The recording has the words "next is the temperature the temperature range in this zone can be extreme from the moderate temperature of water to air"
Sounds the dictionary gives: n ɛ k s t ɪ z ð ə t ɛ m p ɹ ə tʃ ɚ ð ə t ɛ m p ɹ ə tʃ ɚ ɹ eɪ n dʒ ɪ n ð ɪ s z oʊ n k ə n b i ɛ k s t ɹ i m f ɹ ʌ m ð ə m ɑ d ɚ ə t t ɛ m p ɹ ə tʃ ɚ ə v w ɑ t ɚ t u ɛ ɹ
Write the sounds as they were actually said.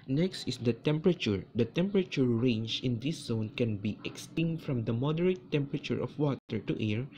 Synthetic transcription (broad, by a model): n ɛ k s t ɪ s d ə t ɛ m p ɹ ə tʃ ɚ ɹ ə t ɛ m p ɹ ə tʃ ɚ ɹ eɪ n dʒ ɪ n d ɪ s z oʊ n k ə n b i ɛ k s t i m f ɹ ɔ m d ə m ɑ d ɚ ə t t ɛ m p ɹ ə tʃ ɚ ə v w ɑ t ɚ t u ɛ ɹ